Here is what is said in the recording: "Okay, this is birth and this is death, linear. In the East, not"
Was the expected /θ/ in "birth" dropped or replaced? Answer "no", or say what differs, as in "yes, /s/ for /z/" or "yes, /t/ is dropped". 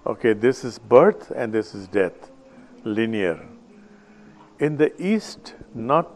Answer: yes, /t/ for /θ/